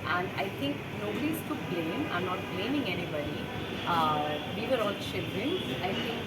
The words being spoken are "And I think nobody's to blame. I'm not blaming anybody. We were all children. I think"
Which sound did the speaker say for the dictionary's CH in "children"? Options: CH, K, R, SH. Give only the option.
SH